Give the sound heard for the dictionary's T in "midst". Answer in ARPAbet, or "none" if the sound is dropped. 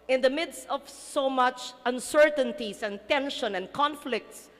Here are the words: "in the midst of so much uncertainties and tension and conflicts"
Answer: T